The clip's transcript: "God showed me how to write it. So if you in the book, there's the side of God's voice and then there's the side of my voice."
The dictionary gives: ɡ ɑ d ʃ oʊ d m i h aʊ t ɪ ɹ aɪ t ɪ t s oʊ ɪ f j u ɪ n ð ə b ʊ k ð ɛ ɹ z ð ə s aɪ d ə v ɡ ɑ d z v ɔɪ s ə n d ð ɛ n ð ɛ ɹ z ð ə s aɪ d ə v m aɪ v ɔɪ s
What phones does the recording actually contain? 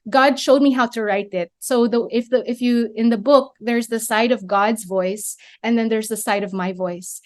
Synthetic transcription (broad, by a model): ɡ ɑ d ʃ oʊ d m i h aʊ t ɪ ɹ aɪ t ɪ t s oʊ ɪ f j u ɪ n ð ə b ʊ k ð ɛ ɹ z ð ə s aɪ d ə v ɡ ɑ d z v ɔɪ s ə n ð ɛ n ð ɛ ɹ z ð ə s aɪ d ə v m aɪ v ɔɪ s